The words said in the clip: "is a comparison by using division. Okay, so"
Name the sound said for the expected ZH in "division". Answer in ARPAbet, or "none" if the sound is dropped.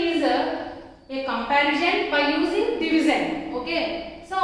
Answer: Z